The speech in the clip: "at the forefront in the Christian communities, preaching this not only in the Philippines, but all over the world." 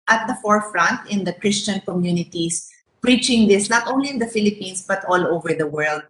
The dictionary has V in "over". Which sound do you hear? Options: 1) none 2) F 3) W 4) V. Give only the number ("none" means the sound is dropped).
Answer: 4